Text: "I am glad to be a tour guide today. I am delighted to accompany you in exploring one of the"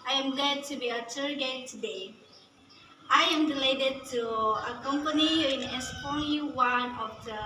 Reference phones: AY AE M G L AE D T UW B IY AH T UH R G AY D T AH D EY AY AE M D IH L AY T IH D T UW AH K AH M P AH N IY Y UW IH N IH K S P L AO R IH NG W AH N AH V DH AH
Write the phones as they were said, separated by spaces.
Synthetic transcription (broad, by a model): AY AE M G L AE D T UW B IY AH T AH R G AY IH T AH D EY AY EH M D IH L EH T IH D T UW AH K AH M P AH N IY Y IH N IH S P AO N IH W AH N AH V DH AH